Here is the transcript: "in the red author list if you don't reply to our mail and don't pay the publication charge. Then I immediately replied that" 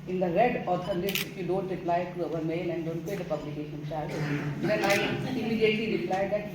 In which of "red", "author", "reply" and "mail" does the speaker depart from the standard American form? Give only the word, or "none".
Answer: author